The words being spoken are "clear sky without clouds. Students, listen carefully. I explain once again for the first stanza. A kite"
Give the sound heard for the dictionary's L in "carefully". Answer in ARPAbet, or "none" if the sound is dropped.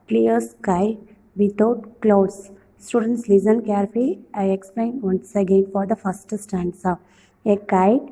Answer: none